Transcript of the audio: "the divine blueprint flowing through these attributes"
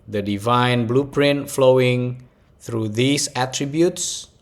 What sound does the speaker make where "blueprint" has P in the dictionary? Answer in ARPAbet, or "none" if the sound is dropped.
P